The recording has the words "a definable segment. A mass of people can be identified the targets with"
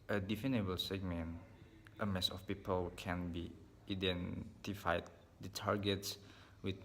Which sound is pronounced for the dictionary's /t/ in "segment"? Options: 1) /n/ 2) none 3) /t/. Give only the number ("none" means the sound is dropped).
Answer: 3